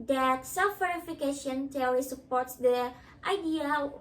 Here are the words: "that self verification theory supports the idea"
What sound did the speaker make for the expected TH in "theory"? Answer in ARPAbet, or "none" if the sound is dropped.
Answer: T